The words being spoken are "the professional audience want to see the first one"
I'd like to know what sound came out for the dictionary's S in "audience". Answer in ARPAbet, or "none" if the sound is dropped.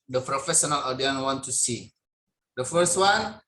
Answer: none